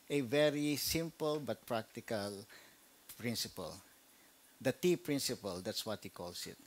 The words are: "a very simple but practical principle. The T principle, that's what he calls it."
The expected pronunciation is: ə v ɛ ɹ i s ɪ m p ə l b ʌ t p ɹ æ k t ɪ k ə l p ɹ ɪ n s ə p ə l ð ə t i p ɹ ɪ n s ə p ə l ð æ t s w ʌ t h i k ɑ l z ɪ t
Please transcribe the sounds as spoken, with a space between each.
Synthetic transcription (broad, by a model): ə v ɛ ɹ i s ɪ m p ə l b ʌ t p ɹ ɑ k t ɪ k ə l p ɹ ɪ n s ə p ə l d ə t i p ɹ ɪ n s ə p ə l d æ t s w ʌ t h i k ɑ l s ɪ t